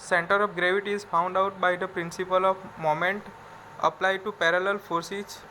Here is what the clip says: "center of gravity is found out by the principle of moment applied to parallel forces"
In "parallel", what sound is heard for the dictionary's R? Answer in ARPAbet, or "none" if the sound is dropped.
R